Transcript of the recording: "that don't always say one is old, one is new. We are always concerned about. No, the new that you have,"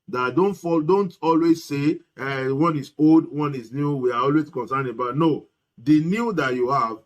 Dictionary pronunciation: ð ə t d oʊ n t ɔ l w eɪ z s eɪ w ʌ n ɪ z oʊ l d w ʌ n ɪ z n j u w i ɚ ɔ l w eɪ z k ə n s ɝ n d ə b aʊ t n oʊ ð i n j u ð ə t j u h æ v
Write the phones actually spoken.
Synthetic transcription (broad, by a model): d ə t d oʊ n t ɔ l w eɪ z s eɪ w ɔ n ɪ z oʊ l d w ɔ n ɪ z n j u w i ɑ ɔ l w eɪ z k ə n s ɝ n ə b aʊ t n oʊ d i n j u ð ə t j u h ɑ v